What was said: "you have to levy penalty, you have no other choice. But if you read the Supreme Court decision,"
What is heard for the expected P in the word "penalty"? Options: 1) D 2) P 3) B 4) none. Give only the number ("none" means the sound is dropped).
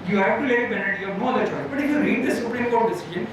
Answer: 3